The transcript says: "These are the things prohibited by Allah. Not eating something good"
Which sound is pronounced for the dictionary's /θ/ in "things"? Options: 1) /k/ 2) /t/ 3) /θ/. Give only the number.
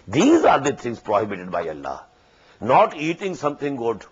2